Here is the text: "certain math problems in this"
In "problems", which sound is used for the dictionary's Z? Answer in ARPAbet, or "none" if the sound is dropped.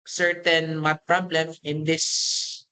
none